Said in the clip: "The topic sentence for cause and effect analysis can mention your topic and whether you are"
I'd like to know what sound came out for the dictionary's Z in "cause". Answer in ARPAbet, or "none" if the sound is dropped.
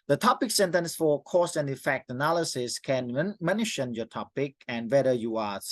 S